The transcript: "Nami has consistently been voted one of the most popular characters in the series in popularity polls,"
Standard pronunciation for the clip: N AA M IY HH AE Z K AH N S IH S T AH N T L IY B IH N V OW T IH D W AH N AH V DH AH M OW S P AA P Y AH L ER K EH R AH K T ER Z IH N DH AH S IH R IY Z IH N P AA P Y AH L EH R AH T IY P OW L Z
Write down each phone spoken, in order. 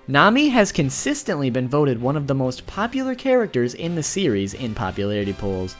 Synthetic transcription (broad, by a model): N AA M IY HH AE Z K AH N S IH S T AH N T L IY B IH N V OW T IH D W AH N AH V DH AH M OW S P AA P Y L ER K EH R AH K T ER Z IH N DH AH S IH R IY Z IH N P AA P Y AH L EH R AH T IY P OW L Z